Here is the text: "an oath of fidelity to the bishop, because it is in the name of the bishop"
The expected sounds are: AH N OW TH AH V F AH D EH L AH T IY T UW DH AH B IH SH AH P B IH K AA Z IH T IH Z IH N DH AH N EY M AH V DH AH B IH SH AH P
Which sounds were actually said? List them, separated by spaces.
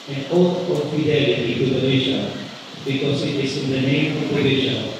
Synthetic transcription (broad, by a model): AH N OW T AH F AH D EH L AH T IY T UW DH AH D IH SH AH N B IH K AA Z IH T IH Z IH N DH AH N EY M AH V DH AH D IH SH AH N